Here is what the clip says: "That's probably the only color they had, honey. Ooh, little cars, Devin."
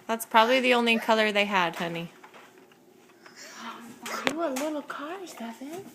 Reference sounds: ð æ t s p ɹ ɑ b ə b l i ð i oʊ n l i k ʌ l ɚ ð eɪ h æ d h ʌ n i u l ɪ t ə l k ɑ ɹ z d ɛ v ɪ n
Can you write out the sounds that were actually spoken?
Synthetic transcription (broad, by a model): ð æ t s p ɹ ɑ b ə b l i ð i oʊ n l i k ʌ l ɚ ð eɪ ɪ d h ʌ n i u l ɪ t l k ɑ ɹ z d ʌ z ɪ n